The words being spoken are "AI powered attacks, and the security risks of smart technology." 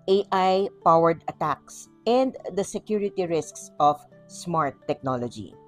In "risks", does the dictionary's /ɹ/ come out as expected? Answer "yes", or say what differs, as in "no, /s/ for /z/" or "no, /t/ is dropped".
yes